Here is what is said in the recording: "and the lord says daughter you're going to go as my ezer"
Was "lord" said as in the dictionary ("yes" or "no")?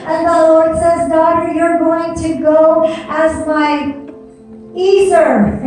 yes